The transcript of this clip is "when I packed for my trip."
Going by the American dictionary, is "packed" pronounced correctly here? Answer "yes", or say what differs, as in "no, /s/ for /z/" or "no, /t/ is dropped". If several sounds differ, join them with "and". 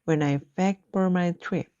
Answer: no, /f/ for /p/